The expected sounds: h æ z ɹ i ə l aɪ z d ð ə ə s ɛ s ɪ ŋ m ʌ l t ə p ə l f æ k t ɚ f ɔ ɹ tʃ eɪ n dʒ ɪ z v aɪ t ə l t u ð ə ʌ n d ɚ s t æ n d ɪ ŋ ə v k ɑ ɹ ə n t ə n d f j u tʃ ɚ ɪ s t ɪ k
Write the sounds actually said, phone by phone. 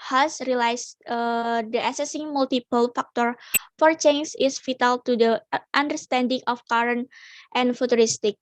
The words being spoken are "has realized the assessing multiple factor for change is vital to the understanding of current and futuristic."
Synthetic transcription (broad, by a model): h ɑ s ɹ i l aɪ s d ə ə s ɛ s ɪ ŋ m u l t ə p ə l f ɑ k t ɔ f ɔ ɹ tʃ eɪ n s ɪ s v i t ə l t u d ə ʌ n d ɚ s t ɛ n d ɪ ŋ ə f k ɑ ɹ ə n t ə n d f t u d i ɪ s t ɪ k